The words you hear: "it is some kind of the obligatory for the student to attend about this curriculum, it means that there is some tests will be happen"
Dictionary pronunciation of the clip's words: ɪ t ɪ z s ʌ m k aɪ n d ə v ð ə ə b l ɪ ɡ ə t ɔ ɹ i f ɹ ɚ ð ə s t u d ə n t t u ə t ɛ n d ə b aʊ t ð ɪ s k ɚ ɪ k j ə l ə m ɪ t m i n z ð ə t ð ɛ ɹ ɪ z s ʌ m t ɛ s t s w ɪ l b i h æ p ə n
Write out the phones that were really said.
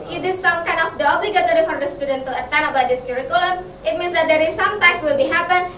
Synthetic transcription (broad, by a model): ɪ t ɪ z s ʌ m k aɪ n d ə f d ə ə b l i ɡ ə t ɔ ɹ i f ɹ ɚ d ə s t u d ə n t t u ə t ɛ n ə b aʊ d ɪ s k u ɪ k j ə l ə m ɪ t m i n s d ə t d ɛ ɹ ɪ s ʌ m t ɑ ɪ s w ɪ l b i h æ p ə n